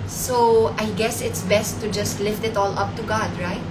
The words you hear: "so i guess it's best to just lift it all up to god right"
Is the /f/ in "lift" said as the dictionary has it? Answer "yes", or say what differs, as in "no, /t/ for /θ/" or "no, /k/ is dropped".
yes